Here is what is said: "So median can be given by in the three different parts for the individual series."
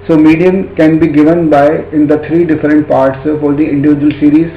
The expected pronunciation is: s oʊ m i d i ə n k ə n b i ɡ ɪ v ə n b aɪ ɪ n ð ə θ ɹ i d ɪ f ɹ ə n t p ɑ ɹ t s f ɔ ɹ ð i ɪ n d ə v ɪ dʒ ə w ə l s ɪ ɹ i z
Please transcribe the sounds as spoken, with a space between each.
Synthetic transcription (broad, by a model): s oʊ m i d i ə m k ə n b i ɡ ɪ v ə n b aɪ ɪ n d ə t ɹ i d ɪ f ɹ ə n t p ɑ ɹ t s f ɔ ɹ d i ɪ n d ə v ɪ dʒ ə ə l s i ɹ i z